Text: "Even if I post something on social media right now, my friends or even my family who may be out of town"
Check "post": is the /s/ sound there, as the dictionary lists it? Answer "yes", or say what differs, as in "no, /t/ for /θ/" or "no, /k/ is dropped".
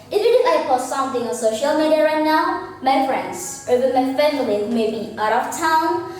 no, /s/ is dropped